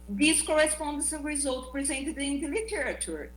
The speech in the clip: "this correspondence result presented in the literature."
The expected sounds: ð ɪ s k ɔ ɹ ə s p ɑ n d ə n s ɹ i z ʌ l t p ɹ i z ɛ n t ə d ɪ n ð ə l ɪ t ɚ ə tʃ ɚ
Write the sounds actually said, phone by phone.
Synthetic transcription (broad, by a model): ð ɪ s k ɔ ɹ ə s p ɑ n d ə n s ɹ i z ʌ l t p ɹ i z ɛ n t ə d ɪ n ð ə l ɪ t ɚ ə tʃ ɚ